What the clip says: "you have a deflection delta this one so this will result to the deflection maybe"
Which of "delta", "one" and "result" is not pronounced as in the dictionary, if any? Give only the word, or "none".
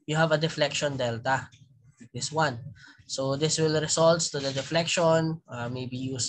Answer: result